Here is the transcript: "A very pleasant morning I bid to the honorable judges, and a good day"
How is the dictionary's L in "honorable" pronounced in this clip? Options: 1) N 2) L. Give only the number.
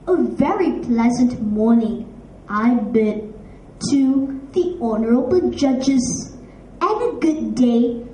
1